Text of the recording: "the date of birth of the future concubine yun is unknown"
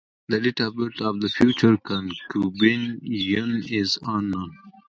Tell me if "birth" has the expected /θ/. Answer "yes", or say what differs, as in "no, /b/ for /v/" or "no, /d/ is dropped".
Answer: no, /t/ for /θ/